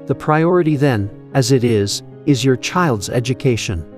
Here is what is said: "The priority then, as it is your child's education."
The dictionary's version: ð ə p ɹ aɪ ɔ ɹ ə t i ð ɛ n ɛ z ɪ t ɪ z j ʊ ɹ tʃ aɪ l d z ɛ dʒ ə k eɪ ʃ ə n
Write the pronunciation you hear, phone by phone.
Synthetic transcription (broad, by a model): ð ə p ɹ aɪ ɔ ɹ ə t i ð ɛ n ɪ z ɪ t ɪ z j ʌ ɹ tʃ aɪ l d z ɛ dʒ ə k eɪ ʃ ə n